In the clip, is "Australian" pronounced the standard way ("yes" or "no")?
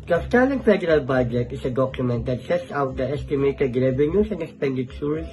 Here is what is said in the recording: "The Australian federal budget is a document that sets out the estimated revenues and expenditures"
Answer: no